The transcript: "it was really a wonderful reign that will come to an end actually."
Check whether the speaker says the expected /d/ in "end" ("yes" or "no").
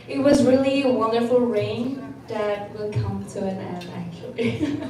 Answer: no